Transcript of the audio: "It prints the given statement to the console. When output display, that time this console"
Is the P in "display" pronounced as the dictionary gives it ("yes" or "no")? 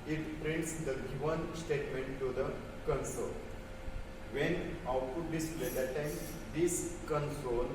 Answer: no